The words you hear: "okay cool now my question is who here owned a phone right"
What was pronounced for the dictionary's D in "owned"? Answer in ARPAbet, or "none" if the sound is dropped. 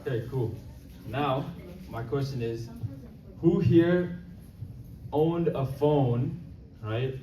D